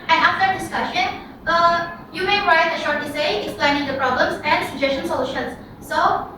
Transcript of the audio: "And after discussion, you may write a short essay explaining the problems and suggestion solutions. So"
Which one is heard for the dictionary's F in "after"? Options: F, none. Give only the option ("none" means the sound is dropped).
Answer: none